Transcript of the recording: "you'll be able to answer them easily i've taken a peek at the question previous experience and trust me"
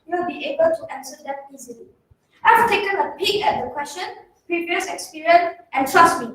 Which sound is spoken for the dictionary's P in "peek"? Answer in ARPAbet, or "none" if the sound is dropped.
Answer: B